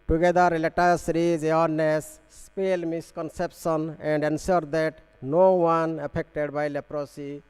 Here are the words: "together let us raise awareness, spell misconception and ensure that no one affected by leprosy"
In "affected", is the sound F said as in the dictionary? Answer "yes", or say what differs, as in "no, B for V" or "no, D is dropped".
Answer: no, P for F